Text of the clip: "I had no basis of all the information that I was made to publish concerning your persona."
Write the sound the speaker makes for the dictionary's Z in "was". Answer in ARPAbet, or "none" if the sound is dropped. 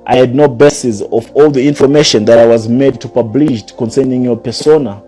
Z